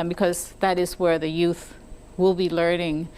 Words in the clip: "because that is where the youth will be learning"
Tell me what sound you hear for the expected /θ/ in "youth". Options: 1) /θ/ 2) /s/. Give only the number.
1